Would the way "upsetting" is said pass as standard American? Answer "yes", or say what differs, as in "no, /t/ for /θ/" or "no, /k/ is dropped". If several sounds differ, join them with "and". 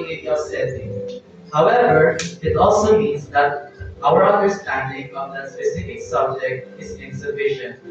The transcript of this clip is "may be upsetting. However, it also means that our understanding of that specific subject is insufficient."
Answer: no, /p/ is dropped